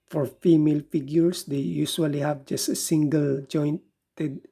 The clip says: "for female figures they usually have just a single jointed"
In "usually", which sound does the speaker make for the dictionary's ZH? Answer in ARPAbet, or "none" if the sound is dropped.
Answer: S